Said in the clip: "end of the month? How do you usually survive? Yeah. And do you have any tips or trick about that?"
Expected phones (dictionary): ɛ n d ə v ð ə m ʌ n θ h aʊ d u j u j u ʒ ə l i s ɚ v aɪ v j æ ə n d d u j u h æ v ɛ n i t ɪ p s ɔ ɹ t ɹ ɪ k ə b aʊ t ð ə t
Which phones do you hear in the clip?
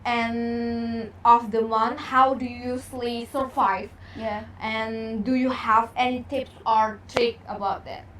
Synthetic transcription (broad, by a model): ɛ n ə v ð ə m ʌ n h aʊ d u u j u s l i s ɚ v aɪ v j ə n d d u j u h æ v ɛ n i t ɪ p s ɔ ɹ t ɹ ɪ k ə b aʊ t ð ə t